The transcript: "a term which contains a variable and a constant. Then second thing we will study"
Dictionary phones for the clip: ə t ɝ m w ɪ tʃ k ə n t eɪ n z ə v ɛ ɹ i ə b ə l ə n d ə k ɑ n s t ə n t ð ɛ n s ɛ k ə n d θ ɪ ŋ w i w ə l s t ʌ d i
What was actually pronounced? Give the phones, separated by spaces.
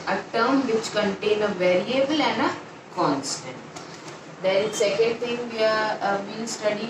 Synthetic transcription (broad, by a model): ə t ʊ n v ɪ tʃ k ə n t eɪ n ə v ɛ ɹ i ə b ə l ə n d ə k ɑ n s t ə n t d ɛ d s ɛ k ə n d t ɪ ŋ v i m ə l s t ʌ d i